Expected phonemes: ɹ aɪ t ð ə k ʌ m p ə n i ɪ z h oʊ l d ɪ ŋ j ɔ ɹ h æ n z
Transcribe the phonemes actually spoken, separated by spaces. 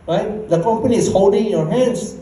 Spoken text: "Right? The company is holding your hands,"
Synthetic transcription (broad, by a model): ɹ aɪ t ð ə k ʌ m p ə n i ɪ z h oʊ l d ɪ ŋ j ɔ ɹ h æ n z